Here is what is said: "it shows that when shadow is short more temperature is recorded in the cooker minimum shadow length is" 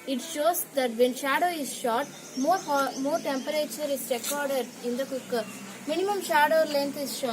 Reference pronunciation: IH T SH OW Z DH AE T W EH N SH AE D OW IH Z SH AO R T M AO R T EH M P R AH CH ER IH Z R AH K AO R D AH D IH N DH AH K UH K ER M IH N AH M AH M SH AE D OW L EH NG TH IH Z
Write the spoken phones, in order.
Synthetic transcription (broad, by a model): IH T SH OW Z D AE T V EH N SH AE D OW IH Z SH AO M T M AO R T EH M P R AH CH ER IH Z R AH K AO R D AH D IH N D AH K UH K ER M IH N AH M AH M SH AE D OW L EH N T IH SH